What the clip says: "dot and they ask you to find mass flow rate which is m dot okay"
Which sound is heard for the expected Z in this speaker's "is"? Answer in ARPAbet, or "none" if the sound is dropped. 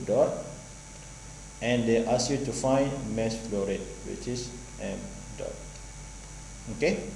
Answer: S